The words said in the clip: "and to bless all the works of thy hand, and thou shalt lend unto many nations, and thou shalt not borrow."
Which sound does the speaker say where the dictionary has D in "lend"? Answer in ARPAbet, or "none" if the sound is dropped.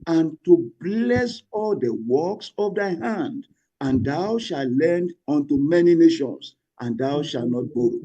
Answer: D